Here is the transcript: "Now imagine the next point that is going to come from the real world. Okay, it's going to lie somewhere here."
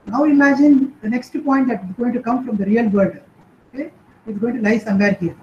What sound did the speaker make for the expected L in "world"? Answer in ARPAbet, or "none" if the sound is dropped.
none